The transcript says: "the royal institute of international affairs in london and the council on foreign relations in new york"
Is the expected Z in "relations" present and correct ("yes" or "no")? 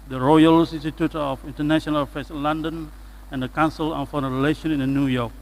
no